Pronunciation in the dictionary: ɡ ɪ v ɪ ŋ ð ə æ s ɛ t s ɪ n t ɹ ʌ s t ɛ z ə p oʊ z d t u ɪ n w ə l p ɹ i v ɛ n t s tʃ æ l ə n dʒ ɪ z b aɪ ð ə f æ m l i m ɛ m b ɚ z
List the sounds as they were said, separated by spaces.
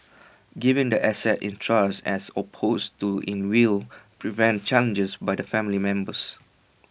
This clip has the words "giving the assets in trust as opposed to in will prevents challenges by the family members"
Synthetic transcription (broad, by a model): ɡ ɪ v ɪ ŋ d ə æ s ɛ t ɪ n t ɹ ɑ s ɛ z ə p oʊ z t u ɪ n w ə l p ɹ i v ɛ n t tʃ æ l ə n dʒ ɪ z b aɪ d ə f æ m l i m ɛ m b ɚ s